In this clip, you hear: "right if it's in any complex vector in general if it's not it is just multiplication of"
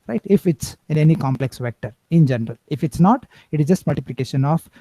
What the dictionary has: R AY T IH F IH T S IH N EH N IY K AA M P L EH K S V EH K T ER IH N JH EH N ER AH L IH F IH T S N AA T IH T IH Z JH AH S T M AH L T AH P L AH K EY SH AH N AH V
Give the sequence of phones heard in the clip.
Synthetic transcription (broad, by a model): R AY T IH F IH T S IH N EH N IY K AA M P L EH K S V EH K T ER IH N JH EH N ER AH L IH F IH T S N AA T IH T IH Z JH AH S T M AH L T AH P L AH K EY SH AH N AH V